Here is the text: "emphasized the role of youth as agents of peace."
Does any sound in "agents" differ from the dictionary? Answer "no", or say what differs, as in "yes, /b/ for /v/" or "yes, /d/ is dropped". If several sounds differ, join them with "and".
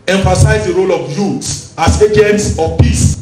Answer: no